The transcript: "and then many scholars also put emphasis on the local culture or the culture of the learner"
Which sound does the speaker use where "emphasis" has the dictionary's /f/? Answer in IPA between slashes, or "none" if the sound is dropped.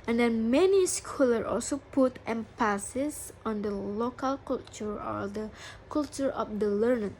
/p/